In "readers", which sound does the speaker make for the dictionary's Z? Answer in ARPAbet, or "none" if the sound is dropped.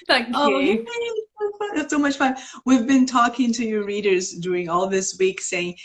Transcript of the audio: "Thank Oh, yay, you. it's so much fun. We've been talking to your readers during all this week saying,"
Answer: Z